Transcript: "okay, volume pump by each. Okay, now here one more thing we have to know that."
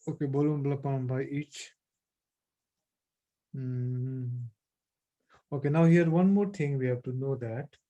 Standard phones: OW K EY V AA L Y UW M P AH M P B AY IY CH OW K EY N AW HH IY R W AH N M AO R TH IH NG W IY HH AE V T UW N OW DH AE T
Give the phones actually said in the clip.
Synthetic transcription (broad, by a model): OW K EY B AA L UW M P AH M B AY IY CH OW K EY N AW HH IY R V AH N M AO R T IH NG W IY HH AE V T UW N OW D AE T